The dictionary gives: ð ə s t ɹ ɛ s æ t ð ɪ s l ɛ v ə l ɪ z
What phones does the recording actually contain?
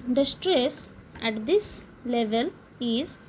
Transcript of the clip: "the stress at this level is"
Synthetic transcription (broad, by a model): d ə s t ɹ ɛ s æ t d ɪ s l ɛ v ə l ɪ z